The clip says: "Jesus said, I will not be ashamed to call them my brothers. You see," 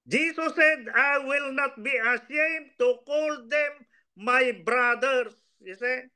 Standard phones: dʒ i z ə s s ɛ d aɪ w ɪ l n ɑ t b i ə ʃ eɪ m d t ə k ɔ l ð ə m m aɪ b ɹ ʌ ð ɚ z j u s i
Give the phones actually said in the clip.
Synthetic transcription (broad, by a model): dʒ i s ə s s ɛ d aɪ w ɪ l n ɑ t b i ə s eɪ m t ə k ɔ l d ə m m aɪ b ɹ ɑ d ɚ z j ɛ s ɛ